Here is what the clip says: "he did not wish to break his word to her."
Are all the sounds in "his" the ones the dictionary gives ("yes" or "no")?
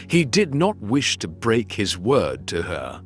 yes